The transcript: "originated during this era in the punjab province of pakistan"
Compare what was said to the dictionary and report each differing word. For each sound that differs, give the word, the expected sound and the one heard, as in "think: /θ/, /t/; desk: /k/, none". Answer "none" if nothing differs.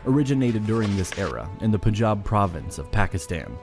punjab: /n/, none